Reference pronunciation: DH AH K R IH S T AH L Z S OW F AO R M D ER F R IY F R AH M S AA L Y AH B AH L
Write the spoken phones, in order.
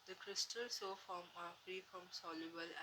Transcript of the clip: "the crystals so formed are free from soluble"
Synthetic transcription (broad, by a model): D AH K R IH S T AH L S OW F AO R M ER F R IY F R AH M S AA L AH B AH L